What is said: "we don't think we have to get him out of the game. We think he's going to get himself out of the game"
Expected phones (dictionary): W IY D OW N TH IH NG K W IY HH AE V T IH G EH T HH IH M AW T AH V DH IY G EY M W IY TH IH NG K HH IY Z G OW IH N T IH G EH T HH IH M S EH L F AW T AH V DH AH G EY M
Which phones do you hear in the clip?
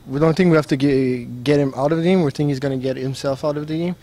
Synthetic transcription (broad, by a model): W IY D OW N TH IH NG K W IY HH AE F T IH G EH T HH IH M AW T AH V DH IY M W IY TH IH NG K HH IY Z G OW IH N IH G EH T HH IH M S EH L F AW T AH V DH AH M